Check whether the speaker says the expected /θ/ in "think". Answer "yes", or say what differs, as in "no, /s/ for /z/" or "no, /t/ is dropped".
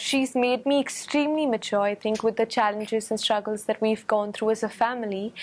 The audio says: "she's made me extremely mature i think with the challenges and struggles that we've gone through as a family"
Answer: yes